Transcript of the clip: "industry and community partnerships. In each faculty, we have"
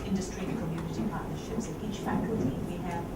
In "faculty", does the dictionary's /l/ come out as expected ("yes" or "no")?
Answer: no